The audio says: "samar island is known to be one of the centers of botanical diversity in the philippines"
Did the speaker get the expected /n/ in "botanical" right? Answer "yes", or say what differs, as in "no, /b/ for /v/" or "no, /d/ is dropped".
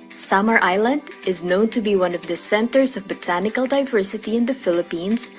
yes